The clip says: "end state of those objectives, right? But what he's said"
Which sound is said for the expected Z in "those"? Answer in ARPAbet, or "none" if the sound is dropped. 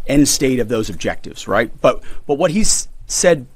Z